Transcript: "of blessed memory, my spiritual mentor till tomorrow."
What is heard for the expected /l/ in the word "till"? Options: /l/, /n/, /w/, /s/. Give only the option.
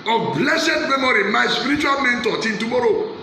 /n/